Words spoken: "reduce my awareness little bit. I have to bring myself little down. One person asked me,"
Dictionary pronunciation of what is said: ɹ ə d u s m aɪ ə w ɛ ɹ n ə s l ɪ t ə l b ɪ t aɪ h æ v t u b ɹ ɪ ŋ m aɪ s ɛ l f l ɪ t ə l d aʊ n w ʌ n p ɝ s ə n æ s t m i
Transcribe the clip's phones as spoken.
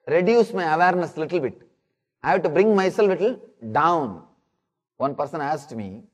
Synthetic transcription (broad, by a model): ɹ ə d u s m aɪ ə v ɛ ɹ n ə s l ɪ t ə l b ɪ t aɪ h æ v t u b ɹ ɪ ŋ m aɪ s ɛ l f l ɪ t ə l d aʊ n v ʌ n p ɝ s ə n æ s t m i